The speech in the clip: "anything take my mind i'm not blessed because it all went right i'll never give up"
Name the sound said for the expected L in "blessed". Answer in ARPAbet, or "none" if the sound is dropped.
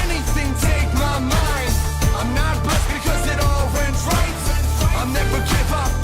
none